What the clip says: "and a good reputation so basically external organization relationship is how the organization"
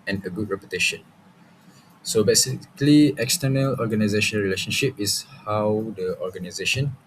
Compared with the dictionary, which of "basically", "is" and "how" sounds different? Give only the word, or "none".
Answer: is